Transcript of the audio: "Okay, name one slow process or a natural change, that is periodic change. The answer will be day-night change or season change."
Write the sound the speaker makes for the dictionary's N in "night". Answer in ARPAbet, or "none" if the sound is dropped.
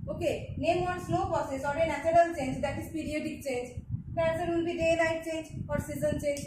L